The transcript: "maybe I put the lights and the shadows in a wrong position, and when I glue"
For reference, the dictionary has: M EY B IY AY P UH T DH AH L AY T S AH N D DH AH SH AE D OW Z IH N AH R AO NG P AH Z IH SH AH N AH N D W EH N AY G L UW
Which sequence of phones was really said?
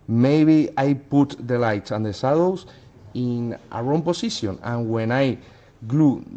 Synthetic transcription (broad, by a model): M EY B IY AY P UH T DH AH L AY T S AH N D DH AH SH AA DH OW S IH N AH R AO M P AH S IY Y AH N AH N W EH N AY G L UW